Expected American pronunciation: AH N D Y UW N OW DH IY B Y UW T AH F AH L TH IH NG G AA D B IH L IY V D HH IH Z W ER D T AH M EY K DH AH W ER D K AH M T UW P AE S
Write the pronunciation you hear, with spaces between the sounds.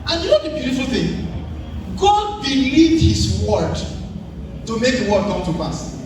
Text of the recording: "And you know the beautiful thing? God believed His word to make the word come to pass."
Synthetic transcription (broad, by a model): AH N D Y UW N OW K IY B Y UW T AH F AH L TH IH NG G AA D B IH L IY D HH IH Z W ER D T AH M EY K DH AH W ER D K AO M T UW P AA S